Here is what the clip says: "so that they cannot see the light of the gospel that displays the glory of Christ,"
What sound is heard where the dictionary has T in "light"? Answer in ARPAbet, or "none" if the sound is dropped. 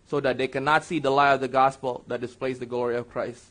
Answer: none